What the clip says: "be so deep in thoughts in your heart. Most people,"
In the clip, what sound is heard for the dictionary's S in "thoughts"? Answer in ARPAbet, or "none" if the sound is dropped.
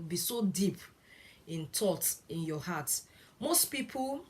none